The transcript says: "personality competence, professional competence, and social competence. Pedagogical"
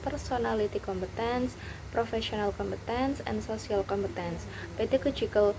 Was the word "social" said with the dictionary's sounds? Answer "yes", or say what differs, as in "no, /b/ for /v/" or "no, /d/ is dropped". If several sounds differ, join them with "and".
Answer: no, /s/ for /ʃ/